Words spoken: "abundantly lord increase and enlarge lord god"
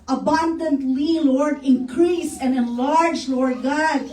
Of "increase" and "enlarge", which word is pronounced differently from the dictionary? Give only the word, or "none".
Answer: none